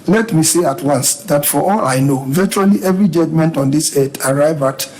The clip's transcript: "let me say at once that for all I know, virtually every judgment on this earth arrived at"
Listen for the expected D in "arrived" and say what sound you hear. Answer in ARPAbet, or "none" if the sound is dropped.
none